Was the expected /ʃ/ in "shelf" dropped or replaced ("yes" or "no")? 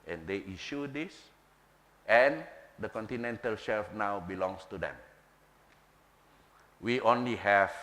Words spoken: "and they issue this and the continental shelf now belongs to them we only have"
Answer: no